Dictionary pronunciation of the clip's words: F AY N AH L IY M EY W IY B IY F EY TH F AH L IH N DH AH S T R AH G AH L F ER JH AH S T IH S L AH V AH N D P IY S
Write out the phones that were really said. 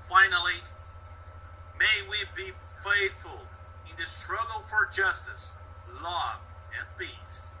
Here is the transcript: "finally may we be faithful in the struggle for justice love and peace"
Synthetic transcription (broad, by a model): F AY N L IY M EY W IY B IY F EY TH F AH L IH N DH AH S T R AH G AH L F ER JH AH S T IH S L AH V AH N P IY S